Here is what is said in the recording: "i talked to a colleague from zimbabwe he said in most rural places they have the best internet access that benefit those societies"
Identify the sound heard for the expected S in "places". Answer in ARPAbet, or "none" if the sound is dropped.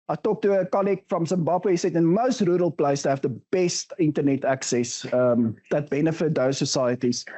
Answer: none